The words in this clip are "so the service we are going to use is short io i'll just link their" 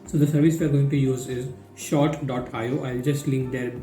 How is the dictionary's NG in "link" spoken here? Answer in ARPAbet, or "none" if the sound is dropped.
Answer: NG